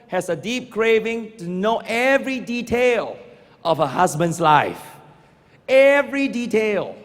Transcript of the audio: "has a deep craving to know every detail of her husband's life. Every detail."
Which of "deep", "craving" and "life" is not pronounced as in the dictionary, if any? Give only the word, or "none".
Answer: none